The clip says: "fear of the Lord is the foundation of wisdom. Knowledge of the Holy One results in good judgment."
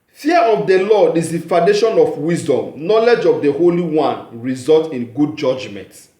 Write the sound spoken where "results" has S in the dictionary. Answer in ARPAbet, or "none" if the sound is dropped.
none